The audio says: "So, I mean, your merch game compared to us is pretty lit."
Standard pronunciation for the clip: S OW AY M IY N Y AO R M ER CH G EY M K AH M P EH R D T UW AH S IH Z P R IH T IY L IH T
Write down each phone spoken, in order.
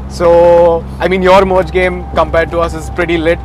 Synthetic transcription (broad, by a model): S OW AY M IY N Y AO R M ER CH G EY M K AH M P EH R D T UW AH S IH Z P R IH T IY L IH T